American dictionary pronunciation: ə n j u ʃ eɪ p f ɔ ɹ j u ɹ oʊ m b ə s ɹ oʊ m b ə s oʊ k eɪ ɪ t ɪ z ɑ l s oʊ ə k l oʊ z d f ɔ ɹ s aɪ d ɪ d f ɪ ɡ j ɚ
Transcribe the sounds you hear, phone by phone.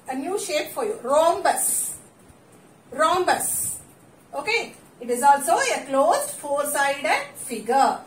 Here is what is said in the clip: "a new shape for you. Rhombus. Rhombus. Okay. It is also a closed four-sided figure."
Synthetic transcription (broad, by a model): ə n j u ʃ eɪ p f ɔ ɹ j u ɹ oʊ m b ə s ɹ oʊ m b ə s oʊ k eɪ ɪ t ɪ z ɑ l s oʊ ə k l oʊ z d f ɔ ɹ s aɪ d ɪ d f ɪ ɡ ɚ